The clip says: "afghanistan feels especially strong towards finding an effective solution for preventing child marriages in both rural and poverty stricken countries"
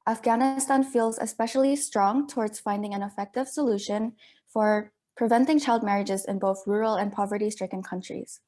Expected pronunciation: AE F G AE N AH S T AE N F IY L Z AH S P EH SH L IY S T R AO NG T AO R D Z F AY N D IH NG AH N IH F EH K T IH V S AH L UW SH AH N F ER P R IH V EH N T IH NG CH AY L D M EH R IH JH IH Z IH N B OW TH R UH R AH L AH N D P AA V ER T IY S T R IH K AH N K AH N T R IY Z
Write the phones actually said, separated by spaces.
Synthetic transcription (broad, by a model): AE F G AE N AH S T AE N F IY L Z AH S P EH SH L IY S T R AO NG T AO R D Z F AY N D IH NG AH N IH F EH K T IH V S AH L UW SH AH N F ER P R IH V EH N T IH NG CH AY L D M EH R IH JH IH Z IH N B OW TH R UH R L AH N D P AA V ER T IY S T R IH K AH N K AH N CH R IY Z